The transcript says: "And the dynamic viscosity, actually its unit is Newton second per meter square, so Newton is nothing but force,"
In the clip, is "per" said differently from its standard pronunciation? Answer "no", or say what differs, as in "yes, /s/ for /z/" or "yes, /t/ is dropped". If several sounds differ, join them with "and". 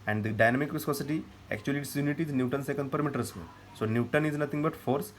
no